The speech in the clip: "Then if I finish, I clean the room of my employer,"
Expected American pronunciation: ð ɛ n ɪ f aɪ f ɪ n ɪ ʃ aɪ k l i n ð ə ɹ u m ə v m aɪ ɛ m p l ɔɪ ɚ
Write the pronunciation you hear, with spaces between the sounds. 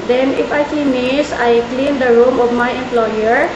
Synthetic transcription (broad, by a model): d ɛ n ɪ f aɪ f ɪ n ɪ s aɪ k l i n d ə ɹ u m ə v m aɪ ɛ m p l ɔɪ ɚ